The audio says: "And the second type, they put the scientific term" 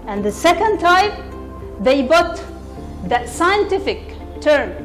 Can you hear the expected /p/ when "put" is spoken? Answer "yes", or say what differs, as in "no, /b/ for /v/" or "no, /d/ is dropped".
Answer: no, /b/ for /p/